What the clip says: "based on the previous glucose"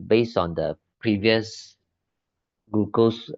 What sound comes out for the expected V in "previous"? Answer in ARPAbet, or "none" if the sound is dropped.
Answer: V